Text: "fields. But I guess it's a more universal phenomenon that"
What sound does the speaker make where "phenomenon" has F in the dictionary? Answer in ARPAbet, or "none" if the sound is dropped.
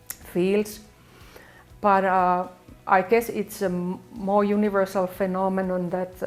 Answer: F